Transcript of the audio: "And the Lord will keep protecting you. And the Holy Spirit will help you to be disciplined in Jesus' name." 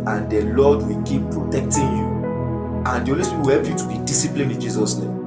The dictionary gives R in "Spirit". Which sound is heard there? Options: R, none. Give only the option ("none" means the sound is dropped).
none